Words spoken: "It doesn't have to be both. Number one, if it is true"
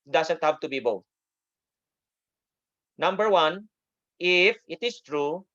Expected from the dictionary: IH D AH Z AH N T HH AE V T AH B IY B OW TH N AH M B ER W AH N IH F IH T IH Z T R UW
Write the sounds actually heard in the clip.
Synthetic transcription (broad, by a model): D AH S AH N T HH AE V T AH B IY B OW TH N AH M B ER W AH N IH F IH T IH S T R UW